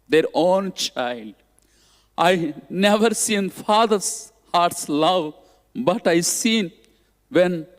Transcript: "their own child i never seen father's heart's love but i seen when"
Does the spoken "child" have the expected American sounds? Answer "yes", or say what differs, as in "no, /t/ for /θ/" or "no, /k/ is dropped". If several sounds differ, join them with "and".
yes